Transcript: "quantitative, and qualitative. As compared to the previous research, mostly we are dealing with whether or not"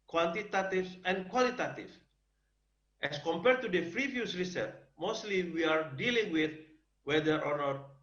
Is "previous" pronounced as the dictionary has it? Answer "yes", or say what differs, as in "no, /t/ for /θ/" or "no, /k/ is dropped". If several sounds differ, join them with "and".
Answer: no, /f/ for /p/